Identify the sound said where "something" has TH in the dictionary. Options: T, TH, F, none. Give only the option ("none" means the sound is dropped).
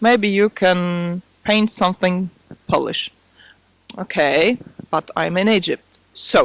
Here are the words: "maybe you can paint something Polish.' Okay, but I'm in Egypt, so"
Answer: TH